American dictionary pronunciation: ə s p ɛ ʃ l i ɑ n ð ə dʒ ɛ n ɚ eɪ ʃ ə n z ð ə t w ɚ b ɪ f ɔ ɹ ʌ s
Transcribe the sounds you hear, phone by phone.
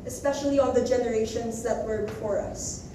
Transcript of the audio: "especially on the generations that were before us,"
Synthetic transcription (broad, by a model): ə s p ɛ ʃ l i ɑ n ð ə dʒ ɛ n ɚ eɪ ʃ ə n z ð ə t w ɚ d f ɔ ɹ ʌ s